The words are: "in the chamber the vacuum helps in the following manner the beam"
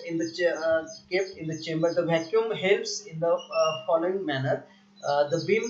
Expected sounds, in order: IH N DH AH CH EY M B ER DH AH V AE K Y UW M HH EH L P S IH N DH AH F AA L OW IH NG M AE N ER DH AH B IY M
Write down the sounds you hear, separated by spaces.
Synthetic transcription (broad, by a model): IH N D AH CH EY M B ER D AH V AE K Y UW M HH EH L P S IH N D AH F AA L OW IH NG M AE N ER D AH B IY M